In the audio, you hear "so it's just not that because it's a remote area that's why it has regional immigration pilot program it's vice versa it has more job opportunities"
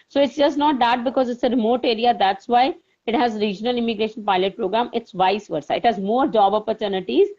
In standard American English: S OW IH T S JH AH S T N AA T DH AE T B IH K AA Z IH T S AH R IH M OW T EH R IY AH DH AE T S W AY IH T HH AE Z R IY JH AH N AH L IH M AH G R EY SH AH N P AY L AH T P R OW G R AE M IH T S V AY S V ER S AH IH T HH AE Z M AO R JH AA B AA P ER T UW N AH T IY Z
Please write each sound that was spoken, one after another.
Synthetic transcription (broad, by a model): S OW IH T S JH AH S T N AA T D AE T B IH K AA Z IH T S AH R IH M OW T EH R IY AH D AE T S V AY IH T HH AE Z R IY JH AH N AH L IH M AH G R EY SH AH N P AY L AH T P R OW G R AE M IH T S V AY S V ER S AH IH T HH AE Z M AO R JH AA B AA P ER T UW N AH T IY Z